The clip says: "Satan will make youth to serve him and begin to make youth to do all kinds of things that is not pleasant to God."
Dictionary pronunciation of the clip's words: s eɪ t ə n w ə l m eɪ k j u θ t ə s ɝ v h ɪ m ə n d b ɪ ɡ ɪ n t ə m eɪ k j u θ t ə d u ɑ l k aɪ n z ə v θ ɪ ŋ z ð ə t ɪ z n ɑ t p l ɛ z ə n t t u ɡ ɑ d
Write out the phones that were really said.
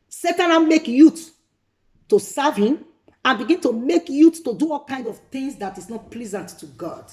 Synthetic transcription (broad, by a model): s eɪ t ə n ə n m eɪ k j u t t ə s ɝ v h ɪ m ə n b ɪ ɡ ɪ n t ə m eɪ k j u t t ə d u ɑ l k aɪ n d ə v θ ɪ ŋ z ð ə t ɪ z n ɑ t p l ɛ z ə n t t u ɡ ɑ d